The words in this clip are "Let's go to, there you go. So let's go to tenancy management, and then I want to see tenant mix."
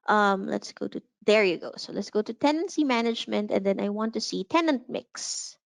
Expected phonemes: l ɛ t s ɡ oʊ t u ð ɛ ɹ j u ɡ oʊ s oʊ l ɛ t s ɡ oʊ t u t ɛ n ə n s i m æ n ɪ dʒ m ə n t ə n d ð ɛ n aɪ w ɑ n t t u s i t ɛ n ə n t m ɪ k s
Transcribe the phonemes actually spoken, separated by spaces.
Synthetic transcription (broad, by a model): l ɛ t s ɡ oʊ t u ð ɛ ɹ j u ɡ oʊ s oʊ l ɛ t s ɡ oʊ t u t ɛ n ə n s i m æ n ɪ dʒ m ə n t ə n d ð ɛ n aɪ w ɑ n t t u s i t ɛ n ə n t m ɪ k s